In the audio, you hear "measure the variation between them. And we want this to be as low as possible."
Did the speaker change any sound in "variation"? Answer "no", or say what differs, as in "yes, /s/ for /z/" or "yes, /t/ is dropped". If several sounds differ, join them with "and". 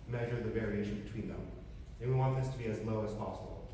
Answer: no